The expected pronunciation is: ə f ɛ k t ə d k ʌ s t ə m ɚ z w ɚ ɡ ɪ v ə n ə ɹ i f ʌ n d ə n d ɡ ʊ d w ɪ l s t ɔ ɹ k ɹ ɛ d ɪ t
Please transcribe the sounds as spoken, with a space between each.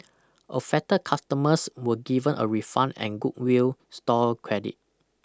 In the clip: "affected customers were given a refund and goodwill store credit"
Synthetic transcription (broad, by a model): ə f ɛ t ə k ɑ s t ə m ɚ s w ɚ ɡ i v ə n ə ɹ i f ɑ n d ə n ɡ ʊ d w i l s t ɔ l k ɹ ɛ d ɪ t